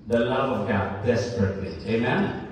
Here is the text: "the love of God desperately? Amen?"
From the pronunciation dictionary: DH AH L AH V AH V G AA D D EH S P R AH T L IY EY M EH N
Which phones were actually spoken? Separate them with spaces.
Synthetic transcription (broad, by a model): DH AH L AH V AH V G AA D D EH S P R AH T L IY EY M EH N